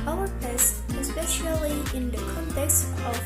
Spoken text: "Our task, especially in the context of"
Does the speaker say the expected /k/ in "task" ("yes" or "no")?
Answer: no